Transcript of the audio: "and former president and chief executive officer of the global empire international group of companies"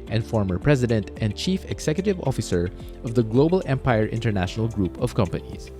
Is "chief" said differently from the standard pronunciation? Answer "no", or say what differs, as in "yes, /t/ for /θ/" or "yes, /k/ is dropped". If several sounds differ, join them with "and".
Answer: no